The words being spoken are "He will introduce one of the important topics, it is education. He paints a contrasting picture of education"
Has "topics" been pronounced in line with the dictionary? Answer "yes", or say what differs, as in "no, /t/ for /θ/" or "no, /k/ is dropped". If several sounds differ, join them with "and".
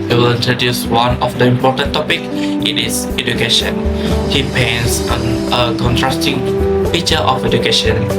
no, /s/ is dropped